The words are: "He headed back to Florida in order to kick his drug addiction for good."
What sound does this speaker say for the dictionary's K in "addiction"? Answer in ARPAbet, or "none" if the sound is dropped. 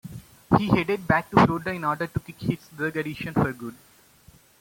none